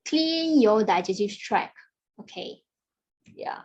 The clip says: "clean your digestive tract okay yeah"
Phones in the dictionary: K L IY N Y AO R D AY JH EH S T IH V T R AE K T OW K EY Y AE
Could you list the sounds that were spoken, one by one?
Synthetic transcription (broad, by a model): K L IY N Y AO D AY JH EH T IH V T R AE K OW K EY Y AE